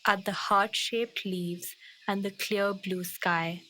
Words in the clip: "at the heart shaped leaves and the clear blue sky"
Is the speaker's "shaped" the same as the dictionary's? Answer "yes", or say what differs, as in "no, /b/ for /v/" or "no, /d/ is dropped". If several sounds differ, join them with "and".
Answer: yes